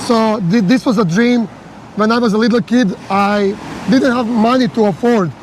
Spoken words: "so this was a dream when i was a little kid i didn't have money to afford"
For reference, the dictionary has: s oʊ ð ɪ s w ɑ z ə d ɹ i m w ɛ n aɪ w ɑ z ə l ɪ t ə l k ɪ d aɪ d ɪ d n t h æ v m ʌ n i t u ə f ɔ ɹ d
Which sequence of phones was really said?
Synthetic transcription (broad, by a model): s oʊ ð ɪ s w ɑ z ə d ɹ i m w ɛ n aɪ w ɑ z ə l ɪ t l k ɪ d aɪ d ɪ d n t h æ v m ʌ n i t u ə f ɔ ɹ d